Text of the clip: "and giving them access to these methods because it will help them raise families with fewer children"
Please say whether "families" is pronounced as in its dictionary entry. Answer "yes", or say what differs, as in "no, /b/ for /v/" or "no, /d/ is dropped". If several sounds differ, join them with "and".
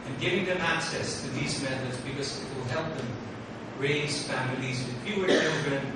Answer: yes